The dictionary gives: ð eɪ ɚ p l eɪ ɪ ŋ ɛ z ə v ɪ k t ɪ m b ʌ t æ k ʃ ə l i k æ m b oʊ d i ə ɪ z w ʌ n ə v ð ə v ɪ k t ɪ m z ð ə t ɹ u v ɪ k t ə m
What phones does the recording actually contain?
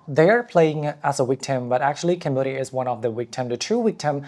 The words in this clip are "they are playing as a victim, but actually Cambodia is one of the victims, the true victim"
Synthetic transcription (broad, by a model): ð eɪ ɚ p l eɪ ɪ ŋ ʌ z ə w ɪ k t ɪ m b ʌ t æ k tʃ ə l i k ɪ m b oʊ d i ɪ z w ʌ n ə v ð ə w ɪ k t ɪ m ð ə t ɹ u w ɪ k t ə m